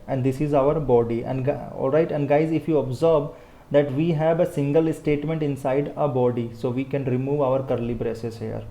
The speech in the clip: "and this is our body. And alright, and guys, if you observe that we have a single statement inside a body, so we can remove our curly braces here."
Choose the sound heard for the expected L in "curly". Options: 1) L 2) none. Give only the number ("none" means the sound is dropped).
1